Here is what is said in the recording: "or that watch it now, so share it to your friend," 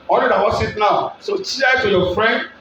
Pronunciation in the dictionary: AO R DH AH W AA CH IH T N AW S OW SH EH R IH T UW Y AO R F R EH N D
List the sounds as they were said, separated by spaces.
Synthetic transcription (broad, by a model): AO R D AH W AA S IH T N AW S OW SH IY IH T UW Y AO F R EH N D